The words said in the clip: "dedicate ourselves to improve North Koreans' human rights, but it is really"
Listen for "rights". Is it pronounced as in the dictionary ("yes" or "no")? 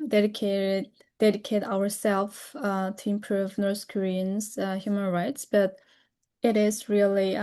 yes